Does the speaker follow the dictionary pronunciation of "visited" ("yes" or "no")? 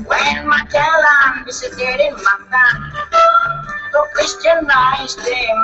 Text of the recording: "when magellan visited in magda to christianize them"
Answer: no